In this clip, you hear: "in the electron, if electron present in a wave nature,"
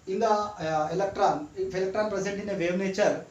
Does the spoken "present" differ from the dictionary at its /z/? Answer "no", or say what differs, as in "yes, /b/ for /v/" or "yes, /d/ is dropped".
yes, /s/ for /z/